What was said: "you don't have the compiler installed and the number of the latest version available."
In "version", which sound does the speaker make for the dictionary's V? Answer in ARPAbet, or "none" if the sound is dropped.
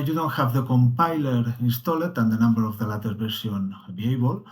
B